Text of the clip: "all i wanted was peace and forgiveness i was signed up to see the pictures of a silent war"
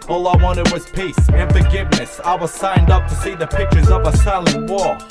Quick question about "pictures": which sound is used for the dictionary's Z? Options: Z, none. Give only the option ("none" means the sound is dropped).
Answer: Z